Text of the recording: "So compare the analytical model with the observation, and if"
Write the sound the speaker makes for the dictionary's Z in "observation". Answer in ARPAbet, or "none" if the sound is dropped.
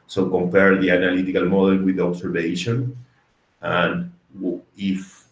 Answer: S